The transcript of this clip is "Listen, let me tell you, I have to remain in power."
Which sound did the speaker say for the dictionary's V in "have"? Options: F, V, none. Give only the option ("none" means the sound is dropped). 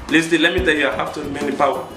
F